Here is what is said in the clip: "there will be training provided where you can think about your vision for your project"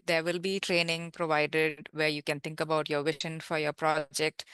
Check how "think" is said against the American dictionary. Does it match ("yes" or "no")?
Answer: no